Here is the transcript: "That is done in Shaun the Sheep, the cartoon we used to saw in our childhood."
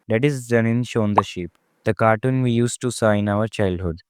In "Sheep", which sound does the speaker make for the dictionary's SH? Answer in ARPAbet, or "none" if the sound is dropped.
SH